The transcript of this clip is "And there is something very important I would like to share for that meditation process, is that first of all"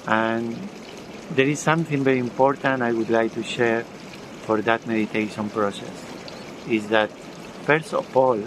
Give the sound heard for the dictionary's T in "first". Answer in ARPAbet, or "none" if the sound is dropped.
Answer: none